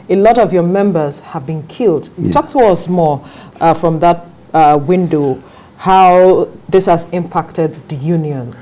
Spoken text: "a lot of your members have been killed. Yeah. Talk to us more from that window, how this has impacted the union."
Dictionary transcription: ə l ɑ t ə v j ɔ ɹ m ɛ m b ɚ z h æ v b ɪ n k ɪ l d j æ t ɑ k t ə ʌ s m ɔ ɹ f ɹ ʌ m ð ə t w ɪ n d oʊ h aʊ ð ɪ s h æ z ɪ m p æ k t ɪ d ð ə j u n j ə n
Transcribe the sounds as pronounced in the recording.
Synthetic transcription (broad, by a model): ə l ɑ t ə v j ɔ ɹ m ɛ m b ɚ z h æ v b ɪ n k ɪ l d t ɑ k t ə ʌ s m ɔ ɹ f ɹ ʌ m ð ə t w ɪ n d oʊ h aʊ ð ɪ s h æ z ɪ m p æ k t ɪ d ð ə j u n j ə n